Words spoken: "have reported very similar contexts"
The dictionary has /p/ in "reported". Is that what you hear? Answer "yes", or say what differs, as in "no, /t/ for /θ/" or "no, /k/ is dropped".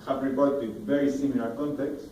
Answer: no, /b/ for /p/